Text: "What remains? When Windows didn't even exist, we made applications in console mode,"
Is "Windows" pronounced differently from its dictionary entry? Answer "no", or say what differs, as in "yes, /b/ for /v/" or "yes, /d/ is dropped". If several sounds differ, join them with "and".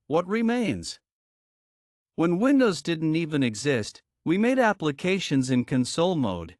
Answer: no